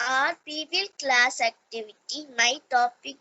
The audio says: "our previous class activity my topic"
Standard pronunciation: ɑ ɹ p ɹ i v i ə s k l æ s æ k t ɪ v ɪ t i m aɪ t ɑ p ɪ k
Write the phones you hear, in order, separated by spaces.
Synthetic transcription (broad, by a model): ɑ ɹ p i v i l k l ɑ s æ k t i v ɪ t i m aɪ t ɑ p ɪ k